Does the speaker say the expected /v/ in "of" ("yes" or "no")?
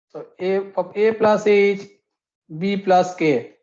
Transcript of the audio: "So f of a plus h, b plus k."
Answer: no